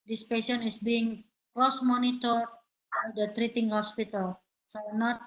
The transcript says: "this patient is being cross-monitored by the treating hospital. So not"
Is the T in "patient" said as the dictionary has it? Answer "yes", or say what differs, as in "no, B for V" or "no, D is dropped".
no, T is dropped